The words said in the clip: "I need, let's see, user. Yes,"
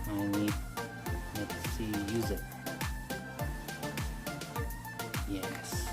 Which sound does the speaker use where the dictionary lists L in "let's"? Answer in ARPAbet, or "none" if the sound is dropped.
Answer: N